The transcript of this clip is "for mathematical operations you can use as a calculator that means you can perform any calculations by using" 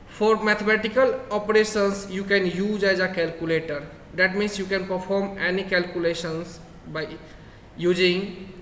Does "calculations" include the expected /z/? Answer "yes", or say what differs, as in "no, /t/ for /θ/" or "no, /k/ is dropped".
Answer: no, /s/ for /z/